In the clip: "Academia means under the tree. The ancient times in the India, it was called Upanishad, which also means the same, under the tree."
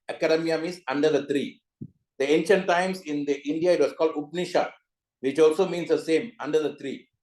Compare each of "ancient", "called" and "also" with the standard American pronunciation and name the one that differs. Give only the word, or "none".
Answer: none